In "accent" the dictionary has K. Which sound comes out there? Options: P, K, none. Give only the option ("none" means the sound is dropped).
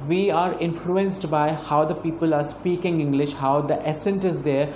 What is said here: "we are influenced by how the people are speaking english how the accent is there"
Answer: none